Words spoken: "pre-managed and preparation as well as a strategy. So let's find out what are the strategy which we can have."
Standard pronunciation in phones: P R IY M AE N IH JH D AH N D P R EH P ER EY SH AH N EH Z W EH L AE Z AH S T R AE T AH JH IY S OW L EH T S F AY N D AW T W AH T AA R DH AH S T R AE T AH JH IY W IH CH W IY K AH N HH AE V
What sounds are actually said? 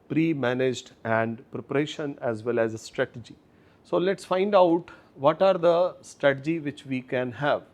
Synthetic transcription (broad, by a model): P R IY M AE N IH JH D AH N D P R EH P ER EY SH AH N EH Z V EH L AE Z AH S T R AE T AH JH IY S OW L EH T S F AY N D AW T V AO T AA R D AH S T R AE T AH JH IY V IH CH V IY K AH N HH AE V